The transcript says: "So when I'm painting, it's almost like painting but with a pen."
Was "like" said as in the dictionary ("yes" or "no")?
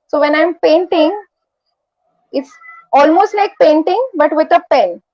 no